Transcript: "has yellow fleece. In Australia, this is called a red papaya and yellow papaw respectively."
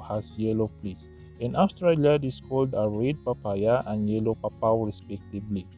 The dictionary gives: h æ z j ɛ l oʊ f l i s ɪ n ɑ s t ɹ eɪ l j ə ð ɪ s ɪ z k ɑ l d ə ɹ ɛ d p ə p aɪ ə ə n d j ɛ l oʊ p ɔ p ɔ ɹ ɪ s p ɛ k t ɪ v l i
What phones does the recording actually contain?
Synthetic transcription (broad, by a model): h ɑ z j ɛ l oʊ p l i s ɪ n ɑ s t ɹ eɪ l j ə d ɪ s k ɑ l d ə ɹ ɛ d p ə p aɪ ə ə n j ɛ l oʊ p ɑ p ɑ ɹ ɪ s p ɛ k t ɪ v l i